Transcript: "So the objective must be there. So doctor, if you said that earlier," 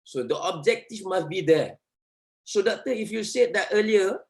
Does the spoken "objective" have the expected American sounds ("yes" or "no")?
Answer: no